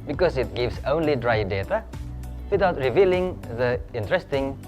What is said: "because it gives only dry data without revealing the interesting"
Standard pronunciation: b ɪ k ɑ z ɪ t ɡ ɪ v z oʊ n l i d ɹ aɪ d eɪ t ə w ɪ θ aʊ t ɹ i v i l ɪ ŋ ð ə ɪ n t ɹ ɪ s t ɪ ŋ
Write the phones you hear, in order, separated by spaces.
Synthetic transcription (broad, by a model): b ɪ k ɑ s ɪ t ɡ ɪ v s oʊ n l i d ɹ aɪ d eɪ t ə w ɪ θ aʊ t ɹ i v i l ɪ ŋ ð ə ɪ n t ɹ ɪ s t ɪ ŋ